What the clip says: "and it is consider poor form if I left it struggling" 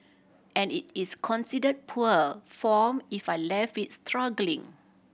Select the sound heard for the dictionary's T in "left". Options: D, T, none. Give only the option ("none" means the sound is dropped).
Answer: none